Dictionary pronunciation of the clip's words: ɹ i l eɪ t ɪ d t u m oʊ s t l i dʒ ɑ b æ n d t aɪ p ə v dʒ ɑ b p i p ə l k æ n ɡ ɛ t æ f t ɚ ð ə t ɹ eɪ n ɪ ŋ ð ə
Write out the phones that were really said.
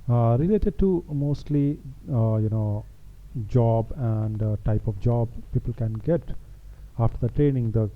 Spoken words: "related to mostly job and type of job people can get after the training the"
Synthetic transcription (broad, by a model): ɹ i l eɪ t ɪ d t u m oʊ s t l i dʒ ɑ b æ n d t aɪ p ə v dʒ ɑ b p i p ə l k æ n ɡ ɛ t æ f t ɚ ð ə t ɹ eɪ n ɪ ŋ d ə